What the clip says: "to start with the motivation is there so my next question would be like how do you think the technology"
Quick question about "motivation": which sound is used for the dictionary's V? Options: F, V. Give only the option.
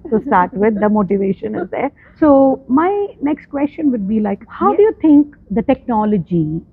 V